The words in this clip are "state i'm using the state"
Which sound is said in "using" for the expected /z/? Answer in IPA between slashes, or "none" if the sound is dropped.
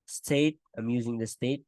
/z/